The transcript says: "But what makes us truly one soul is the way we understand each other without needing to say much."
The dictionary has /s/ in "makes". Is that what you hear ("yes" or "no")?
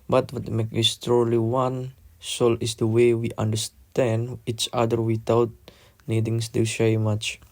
no